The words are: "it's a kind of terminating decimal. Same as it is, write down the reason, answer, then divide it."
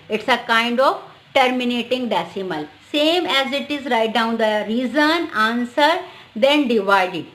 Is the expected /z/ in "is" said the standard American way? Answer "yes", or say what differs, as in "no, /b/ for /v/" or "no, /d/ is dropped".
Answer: yes